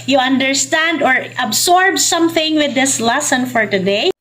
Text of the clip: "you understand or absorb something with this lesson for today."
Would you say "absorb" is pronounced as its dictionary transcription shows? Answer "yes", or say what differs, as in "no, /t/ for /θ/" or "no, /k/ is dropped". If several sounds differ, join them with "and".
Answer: no, /s/ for /z/